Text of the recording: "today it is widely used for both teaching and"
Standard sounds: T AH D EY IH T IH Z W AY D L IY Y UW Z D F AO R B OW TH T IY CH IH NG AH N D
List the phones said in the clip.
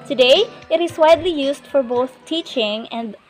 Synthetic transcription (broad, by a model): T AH D EY IH T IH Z W AY D L IY Y UW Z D F AO R B OW TH T IY CH IH NG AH N D